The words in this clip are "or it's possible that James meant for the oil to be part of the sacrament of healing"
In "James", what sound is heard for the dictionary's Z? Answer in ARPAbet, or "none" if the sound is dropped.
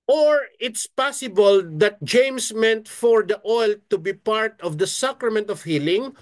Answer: S